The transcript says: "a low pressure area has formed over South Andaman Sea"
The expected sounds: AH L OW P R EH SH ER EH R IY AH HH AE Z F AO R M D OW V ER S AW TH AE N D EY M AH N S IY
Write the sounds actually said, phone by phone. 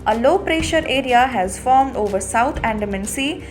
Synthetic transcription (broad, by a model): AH L OW P R EH SH ER EH R IY AH HH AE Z F AO R M D OW V ER S AW T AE N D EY M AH N S IY